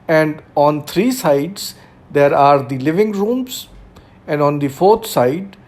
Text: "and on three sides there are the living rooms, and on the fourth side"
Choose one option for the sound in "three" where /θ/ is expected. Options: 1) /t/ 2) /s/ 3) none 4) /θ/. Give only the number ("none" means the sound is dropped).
1